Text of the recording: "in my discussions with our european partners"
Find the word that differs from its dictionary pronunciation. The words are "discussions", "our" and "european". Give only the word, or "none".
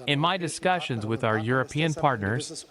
none